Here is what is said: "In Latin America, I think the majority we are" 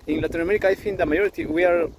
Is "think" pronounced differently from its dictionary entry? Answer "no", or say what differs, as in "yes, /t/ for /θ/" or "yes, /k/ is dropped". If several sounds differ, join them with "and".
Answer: yes, /f/ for /θ/